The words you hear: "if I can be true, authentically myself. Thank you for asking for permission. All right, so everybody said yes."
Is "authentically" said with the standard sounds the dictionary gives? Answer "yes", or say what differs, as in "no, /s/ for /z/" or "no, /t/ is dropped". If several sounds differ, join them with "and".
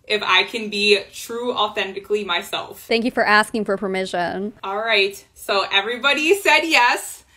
yes